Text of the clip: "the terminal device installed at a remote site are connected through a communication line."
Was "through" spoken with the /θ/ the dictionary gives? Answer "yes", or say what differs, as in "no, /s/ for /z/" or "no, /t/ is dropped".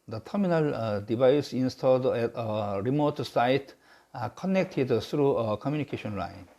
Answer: no, /t/ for /θ/